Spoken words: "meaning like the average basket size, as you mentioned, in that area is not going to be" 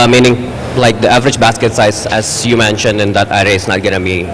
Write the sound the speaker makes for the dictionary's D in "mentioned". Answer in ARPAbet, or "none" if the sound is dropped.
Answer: D